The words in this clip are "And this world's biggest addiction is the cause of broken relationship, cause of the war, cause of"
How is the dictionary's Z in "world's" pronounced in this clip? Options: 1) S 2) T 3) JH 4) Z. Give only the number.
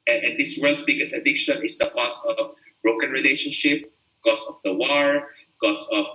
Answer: 1